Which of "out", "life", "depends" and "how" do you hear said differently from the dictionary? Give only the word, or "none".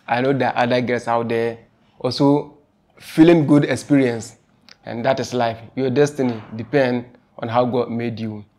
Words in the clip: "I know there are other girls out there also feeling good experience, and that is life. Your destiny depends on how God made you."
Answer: depends